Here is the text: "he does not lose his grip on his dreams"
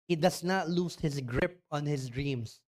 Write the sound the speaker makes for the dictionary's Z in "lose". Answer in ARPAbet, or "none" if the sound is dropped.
S